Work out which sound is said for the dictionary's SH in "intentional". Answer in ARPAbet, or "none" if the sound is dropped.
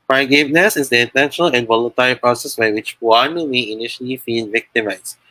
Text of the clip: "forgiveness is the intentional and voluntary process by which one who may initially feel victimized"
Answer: none